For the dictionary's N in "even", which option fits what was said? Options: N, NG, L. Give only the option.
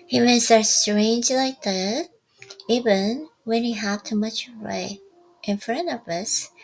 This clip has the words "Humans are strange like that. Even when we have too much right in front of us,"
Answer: N